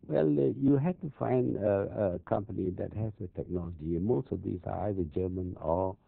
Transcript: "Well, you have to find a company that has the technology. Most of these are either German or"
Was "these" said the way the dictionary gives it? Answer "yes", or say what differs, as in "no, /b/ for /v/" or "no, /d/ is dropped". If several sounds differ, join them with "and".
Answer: no, /s/ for /z/